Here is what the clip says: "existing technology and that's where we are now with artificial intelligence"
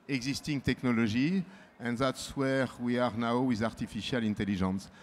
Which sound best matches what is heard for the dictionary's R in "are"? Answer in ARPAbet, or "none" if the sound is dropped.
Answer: R